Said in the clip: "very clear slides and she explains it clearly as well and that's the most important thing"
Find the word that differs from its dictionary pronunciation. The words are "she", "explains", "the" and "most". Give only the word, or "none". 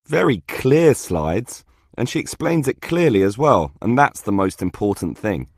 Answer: none